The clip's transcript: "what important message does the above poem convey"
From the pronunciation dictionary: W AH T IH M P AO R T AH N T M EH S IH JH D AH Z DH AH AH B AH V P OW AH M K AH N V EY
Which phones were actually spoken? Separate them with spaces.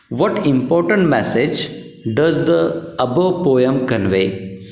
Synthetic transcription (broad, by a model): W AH T IH M P AO R T AH N T M EH S IH JH D AH Z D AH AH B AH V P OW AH M K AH N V EY